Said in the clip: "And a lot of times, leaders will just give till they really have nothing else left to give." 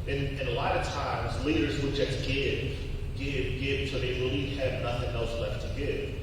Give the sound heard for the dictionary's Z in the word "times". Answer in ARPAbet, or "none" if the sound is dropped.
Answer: Z